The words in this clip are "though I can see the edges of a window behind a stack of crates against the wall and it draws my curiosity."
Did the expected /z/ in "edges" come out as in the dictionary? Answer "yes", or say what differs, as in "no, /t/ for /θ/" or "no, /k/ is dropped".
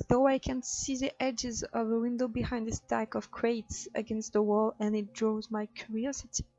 yes